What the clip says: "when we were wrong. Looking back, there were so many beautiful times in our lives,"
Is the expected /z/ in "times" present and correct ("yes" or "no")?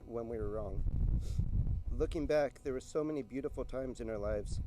yes